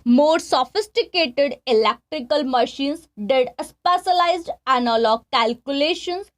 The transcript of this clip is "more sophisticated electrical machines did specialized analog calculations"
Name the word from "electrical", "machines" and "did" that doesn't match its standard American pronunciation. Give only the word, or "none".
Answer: machines